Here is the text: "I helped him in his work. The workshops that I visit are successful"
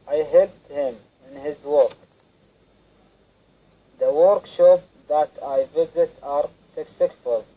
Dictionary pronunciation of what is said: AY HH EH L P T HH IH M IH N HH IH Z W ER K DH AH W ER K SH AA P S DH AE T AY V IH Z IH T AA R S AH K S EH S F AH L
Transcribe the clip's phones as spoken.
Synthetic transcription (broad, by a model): AY HH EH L T HH IH M IH N HH IH Z W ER K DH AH W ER K SH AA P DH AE T AY V IH Z IH T AA R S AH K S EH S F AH L